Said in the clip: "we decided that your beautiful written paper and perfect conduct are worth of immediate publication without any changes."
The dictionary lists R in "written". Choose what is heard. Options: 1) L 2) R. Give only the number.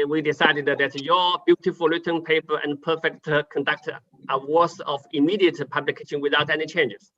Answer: 1